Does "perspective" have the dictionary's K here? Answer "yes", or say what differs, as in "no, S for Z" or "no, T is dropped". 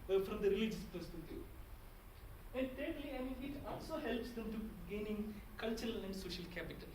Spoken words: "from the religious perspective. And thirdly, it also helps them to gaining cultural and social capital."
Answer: no, K is dropped